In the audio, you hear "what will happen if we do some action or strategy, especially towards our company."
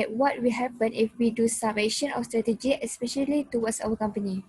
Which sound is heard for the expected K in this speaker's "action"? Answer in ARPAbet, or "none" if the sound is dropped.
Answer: none